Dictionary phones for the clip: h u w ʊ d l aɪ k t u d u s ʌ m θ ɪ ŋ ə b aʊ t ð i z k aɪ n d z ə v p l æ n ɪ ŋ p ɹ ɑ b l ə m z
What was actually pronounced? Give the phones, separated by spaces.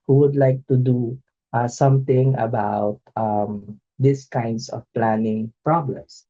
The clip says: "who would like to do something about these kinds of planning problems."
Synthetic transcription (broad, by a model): h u w ʊ d l aɪ k t u d u s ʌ m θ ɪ ŋ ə b aʊ t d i s k aɪ n d s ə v p l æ n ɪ ŋ p ɹ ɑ b l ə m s